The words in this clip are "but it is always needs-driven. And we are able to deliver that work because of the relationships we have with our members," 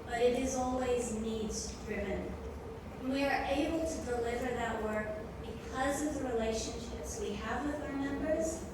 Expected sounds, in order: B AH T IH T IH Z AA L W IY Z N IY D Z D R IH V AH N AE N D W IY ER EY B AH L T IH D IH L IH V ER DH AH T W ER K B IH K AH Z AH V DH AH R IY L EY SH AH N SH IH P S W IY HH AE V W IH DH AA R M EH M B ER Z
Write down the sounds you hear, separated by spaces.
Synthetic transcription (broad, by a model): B AH T IH T IH Z AA L W IY Z N IY D Z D R IH V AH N N W IY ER EY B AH L T IH D IH L IH V ER DH AH T W ER K B IH K AH Z AH V DH AH R IY L EY SH AH N SH IH P S W IY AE V W IH DH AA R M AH M B ER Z